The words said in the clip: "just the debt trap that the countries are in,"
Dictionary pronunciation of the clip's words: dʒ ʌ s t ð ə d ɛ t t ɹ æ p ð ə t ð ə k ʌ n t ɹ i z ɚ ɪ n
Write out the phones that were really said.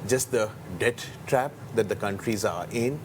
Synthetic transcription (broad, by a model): dʒ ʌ s t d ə d ɛ t t ɹ æ p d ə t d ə k ʌ n t ɹ i z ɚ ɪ n